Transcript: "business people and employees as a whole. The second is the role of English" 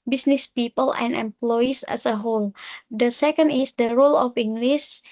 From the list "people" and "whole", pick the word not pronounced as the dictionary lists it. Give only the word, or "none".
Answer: none